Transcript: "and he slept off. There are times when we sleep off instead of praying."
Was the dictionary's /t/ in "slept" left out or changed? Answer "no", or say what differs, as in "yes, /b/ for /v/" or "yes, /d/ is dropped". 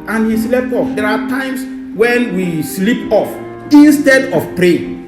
yes, /t/ is dropped